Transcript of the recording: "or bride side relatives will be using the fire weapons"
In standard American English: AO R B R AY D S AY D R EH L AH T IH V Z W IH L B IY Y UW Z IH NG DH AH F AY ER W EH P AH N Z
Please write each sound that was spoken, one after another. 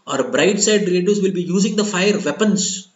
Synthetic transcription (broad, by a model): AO R B R AY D S AY D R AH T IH Z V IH L B IY Y UW Z IH NG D AH F AY ER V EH P AH N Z